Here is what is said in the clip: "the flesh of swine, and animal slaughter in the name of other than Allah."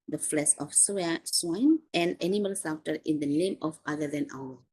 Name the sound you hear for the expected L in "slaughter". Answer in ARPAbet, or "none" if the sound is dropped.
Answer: none